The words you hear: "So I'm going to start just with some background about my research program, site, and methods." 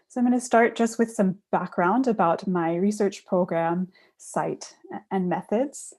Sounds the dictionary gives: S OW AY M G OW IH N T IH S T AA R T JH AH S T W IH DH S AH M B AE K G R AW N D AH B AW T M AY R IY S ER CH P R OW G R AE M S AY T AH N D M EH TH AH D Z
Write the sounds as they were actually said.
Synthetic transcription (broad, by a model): S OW AY M G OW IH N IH S T AA R T JH AH S T W IH DH S AH M B AE K G R AW N D AH B AW T M AY R IY S ER CH P R OW G R AE M S AY T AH N M EH TH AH D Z